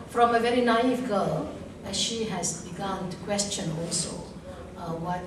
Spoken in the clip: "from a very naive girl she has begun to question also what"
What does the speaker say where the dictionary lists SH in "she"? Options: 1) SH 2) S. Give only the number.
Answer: 1